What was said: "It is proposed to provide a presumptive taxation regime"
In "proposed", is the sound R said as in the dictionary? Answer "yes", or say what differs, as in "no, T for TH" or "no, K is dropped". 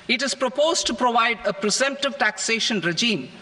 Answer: yes